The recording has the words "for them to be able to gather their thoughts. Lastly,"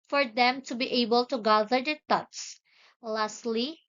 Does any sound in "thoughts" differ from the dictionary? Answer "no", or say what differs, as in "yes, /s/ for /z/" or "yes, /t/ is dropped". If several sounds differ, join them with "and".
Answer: yes, /t/ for /θ/